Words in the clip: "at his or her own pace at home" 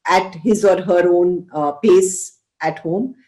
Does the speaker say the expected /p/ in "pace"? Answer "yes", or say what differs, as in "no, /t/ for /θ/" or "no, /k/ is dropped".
yes